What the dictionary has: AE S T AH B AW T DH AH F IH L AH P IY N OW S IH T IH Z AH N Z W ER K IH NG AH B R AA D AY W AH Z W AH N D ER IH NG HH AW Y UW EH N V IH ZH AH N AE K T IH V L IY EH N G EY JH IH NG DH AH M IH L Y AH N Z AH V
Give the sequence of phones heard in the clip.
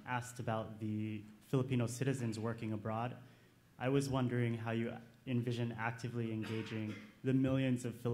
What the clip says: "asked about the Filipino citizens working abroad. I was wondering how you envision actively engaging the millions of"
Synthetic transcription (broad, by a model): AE S T AH B AW T DH AH F IH L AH P IY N OW S IH T IH Z AH N Z W ER K IH NG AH B R AA D AY W AH Z W AH N D ER IH NG HH AW Y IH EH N V IH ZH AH N AE K T IH V L IY EH N G EY JH IH NG DH AH M IH L Y AH N Z AH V